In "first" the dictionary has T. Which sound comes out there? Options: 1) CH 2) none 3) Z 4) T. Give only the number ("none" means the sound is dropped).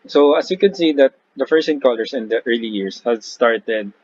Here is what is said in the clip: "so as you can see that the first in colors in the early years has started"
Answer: 2